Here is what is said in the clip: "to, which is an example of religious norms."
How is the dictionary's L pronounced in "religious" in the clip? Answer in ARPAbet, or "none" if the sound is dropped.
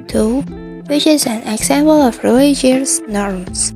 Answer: none